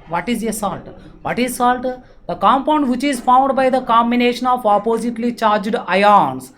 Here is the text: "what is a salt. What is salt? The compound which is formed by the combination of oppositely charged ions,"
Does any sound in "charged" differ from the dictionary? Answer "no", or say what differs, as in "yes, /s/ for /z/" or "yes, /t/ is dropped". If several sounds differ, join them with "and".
no